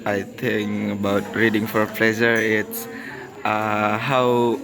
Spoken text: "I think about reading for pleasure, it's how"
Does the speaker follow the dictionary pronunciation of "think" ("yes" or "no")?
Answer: no